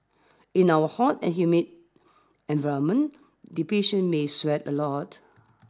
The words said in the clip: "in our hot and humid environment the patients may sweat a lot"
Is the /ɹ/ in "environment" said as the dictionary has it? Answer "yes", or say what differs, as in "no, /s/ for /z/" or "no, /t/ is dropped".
no, /ɹ/ is dropped